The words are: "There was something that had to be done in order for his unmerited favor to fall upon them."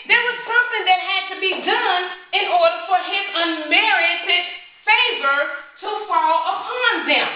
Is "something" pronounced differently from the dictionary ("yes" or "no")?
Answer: no